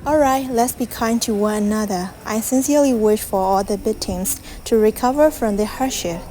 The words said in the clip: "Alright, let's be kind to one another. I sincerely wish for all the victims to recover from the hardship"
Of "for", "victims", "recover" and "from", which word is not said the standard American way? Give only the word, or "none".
victims